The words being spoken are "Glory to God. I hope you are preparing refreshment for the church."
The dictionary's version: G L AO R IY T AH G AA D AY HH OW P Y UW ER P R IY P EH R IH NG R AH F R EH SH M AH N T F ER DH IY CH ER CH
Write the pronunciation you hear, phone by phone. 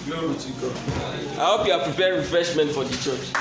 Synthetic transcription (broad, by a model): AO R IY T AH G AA AY HH OW P Y UW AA P R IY P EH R R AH F R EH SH M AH N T F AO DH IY CH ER CH